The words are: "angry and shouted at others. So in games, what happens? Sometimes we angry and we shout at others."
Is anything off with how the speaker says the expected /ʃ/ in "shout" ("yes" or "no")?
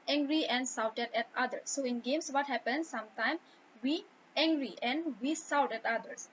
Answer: yes